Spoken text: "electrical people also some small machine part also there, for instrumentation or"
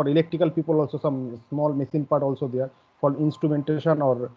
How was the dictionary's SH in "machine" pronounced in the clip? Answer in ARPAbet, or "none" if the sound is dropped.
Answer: S